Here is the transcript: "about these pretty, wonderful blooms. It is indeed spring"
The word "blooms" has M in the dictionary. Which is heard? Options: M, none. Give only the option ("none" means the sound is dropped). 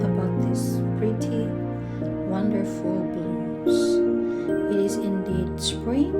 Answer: none